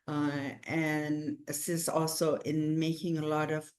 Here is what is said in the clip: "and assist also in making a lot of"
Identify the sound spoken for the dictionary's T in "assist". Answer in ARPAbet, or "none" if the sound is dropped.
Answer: none